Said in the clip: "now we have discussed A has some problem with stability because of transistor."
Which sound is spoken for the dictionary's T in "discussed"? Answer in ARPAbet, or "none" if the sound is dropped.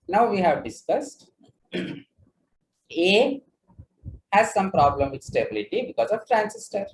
T